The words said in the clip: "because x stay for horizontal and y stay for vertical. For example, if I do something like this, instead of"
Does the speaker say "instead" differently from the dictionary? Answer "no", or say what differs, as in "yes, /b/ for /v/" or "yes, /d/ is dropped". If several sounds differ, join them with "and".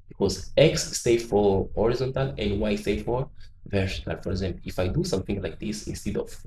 no